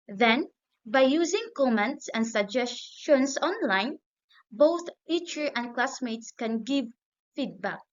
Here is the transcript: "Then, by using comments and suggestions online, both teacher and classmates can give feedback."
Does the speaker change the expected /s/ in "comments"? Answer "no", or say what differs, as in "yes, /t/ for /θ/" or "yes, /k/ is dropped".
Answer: no